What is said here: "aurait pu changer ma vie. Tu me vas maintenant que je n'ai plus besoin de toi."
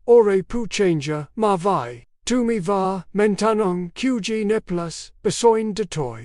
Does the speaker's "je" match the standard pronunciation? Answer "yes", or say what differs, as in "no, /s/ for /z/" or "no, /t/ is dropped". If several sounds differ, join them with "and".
yes